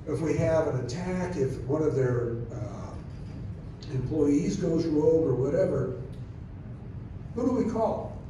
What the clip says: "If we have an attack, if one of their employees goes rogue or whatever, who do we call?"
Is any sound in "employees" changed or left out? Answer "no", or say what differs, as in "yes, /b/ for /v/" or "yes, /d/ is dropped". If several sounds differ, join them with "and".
no